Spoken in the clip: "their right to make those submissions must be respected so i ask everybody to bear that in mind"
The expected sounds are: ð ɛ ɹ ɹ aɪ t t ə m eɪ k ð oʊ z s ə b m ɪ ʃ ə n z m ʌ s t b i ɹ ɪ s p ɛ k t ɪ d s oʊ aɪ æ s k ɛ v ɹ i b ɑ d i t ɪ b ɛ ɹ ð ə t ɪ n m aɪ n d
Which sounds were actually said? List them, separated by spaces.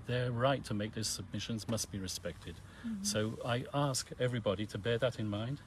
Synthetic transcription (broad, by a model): ð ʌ ɹ ɹ aɪ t t ə m eɪ k ð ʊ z s ə b m ɪ ʃ ə n z m ʌ s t b i ɹ ɪ s p ɛ k t ɪ d s oʊ aɪ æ s k ɛ v ɹ i b ɑ d i t ɪ b ɛ ɹ ð ə t ɪ n m aɪ n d